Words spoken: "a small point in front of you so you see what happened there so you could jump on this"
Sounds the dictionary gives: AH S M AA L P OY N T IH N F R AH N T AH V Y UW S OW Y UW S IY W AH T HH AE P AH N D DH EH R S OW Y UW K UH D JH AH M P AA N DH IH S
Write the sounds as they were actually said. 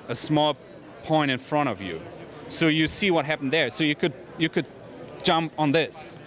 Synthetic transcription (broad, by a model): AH S M AA L P OY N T IH N F R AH T AH V Y UW S OW Y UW S IY W AH T HH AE P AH N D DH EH R S OW Y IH K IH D JH AH M P N DH IH S